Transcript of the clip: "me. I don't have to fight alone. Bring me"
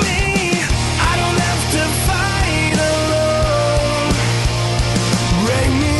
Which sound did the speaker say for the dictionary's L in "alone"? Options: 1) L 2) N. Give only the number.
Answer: 1